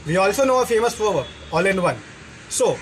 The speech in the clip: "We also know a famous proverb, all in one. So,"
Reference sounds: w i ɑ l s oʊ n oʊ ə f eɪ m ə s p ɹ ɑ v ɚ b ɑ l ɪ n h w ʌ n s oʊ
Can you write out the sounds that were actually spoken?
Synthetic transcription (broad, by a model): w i ɑ l s oʊ n oʊ ə f eɪ m ə s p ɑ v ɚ ɑ l ɪ n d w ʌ n s oʊ